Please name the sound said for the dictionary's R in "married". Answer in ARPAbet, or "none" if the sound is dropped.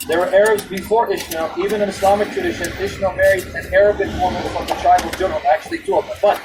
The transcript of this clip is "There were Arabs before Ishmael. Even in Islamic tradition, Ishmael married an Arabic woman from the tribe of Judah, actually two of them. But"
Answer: R